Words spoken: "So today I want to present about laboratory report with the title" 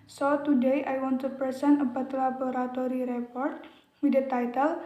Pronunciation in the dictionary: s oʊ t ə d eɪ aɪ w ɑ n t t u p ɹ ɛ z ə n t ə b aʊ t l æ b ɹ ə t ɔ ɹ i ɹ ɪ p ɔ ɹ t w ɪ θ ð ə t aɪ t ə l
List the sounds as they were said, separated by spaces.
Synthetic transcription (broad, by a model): s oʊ t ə d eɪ aɪ w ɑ n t t u p ɛ s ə n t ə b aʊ t l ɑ b ɹ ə t ɔ ɹ i ɹ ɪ p ɔ ɹ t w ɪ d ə t aɪ t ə l